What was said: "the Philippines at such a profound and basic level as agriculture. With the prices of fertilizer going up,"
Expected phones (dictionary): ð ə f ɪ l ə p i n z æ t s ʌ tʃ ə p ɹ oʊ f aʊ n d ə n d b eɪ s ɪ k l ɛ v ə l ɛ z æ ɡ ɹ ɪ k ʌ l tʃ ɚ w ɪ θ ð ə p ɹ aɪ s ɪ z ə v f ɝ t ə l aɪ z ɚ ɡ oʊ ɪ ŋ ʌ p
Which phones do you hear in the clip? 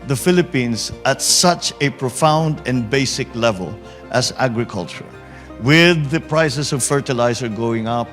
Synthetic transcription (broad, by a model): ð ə f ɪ l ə p i n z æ t s ʌ tʃ ə p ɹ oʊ f aʊ n d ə n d b eɪ s ɪ k l ɛ v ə l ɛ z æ ɡ ɹ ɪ k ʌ l tʃ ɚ w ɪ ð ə p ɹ aɪ s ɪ s ə v f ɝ t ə l aɪ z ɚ ɡ oʊ ɪ ŋ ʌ p